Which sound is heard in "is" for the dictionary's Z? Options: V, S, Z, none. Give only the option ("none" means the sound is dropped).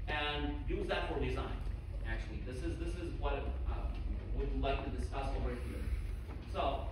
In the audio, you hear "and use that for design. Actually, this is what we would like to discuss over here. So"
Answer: Z